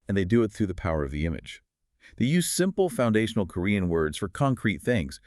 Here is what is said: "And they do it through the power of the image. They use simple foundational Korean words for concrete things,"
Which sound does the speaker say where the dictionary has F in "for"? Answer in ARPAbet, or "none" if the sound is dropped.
F